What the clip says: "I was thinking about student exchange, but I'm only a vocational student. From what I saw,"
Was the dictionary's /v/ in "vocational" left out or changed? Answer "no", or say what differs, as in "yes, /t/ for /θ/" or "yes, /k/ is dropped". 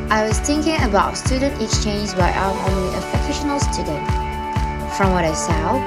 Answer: yes, /f/ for /v/